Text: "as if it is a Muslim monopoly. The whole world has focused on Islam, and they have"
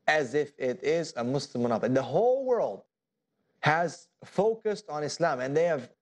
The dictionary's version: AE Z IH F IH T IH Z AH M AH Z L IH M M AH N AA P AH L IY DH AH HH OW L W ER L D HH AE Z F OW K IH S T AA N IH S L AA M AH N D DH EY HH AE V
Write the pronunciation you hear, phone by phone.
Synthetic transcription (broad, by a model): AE Z IH F IH T IH Z AH M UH S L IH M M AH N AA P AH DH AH HH OW L W ER L D HH AE Z F OW K IH S T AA N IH S L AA M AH N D DH EY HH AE V